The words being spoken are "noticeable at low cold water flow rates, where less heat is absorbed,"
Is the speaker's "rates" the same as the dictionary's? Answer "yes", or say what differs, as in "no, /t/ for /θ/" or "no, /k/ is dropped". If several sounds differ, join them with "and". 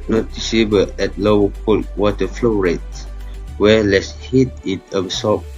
no, /s/ is dropped